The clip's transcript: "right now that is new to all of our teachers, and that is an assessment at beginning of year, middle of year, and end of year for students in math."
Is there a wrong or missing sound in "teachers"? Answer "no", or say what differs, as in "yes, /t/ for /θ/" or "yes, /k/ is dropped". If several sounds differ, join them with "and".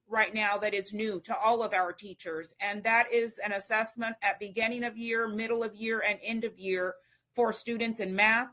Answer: no